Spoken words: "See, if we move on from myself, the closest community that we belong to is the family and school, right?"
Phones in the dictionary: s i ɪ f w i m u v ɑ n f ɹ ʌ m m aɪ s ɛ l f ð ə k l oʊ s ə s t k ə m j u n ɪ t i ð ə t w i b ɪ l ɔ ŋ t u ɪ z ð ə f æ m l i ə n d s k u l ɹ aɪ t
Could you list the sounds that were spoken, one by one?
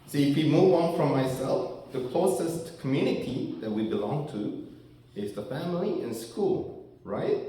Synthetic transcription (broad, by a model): s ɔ ɪ f w i m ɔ w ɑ n f ɹ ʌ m m aɪ s ɛ l f ð ə k l oʊ s ə s t k ə m j u n ɪ t i ð ə t w i b ɪ l ɔ ŋ t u ɪ z ð ə f æ m l i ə n s k u l ɹ aɪ t